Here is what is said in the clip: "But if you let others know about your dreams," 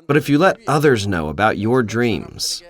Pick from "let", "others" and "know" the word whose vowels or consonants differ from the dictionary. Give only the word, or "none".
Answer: none